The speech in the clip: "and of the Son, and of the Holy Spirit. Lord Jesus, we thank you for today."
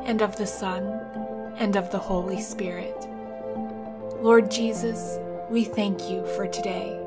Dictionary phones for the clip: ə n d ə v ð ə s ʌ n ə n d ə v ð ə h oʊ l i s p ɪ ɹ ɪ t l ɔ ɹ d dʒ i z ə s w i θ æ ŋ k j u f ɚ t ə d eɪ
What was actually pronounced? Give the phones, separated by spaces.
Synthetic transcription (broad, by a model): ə n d ə v ð ə s ʌ n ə n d ə v ð ə h oʊ l i s p ɪ ɹ ɪ t l ɔ ɹ d dʒ i z ə s w i θ æ ŋ k j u f ɚ t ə d eɪ